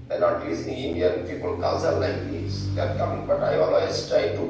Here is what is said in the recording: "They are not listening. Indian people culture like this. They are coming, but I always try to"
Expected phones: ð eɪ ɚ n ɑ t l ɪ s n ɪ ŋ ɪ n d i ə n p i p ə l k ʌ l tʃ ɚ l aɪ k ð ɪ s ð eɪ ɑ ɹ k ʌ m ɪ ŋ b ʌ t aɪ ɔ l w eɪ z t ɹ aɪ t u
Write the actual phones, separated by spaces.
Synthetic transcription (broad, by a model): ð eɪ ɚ n ɑ t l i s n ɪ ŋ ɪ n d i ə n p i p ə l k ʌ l s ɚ l aɪ k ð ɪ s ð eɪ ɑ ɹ k ʌ m ɪ ŋ b ʌ t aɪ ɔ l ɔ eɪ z t ɹ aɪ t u